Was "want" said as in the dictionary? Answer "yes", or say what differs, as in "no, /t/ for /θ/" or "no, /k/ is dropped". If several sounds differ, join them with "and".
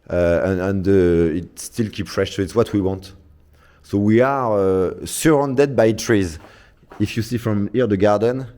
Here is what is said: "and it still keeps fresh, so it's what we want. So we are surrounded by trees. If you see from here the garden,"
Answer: yes